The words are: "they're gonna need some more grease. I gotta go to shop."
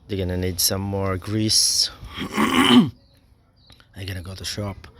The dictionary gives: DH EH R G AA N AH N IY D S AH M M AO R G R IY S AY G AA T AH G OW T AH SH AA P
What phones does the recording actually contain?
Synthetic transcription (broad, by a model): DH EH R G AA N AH N IY D S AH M M AO R G R IY S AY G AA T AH G OW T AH SH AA P